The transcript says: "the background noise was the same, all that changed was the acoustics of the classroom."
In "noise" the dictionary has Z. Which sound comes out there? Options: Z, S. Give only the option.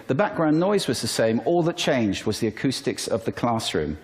Z